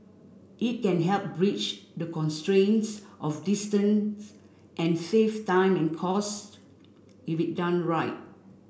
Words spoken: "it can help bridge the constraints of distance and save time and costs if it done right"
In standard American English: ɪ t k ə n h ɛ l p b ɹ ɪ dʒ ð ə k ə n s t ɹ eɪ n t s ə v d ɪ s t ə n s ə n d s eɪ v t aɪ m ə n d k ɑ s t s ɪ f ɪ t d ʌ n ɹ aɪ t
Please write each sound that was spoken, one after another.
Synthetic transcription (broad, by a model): ɪ t k ə n h ɛ l p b ɹ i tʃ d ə k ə n s t ɹ eɪ n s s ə f d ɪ s t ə n s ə n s eɪ f t aɪ m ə n k ɑ s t ɪ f ɪ t d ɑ n ɹ aɪ t